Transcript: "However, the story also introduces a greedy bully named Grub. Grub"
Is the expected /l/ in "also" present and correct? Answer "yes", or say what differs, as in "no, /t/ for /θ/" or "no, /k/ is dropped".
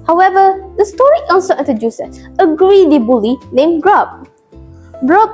no, /n/ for /l/